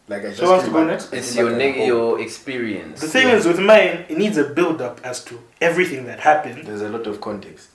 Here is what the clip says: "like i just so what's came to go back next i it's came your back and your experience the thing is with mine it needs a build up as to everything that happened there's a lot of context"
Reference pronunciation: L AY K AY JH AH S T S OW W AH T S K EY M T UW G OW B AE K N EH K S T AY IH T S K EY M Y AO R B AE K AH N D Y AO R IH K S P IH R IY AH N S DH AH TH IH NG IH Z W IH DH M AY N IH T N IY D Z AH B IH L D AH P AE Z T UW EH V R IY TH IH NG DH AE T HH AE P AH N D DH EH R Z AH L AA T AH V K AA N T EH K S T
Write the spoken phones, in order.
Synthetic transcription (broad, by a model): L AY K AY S S OW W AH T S T UW G OW N EH K S T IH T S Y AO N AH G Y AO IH K S P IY R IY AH N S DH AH S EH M IH Z W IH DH M AY N IH T N IY D Z AH B IH L D AH P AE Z T UW EH V R IY TH IH NG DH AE T HH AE P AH N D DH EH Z AH L AA T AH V K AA N T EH K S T